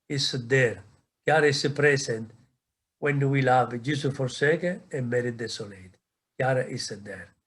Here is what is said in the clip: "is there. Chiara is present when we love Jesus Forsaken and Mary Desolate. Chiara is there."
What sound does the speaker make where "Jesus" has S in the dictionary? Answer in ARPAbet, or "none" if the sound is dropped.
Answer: none